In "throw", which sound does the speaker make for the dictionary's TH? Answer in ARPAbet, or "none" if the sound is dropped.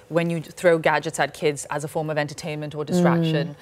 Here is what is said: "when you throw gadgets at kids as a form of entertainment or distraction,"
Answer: TH